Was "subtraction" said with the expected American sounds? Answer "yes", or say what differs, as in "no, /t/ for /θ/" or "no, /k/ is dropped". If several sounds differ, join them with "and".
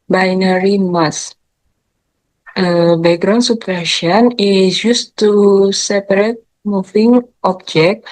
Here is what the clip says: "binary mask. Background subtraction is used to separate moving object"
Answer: no, /k/ is dropped